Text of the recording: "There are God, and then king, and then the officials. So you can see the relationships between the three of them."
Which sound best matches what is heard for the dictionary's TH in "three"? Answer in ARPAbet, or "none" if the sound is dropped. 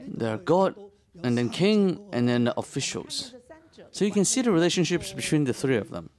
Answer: TH